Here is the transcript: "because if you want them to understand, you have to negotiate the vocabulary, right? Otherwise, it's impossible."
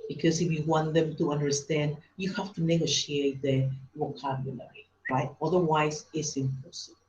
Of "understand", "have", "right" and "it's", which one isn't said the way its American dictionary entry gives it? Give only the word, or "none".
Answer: have